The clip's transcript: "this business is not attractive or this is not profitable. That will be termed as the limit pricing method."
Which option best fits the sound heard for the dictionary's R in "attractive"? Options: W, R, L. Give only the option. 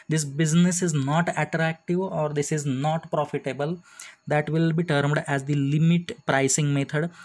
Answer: R